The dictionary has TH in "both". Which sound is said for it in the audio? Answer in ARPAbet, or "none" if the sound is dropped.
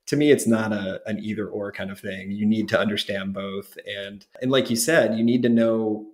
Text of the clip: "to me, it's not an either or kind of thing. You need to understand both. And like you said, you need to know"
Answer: TH